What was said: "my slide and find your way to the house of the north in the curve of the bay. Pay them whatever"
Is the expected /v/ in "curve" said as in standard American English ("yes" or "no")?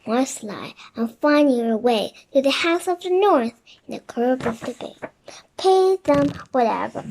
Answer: no